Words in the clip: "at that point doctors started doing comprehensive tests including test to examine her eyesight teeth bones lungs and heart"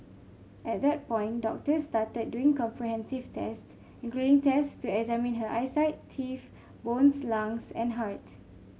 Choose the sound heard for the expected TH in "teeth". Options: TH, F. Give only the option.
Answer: F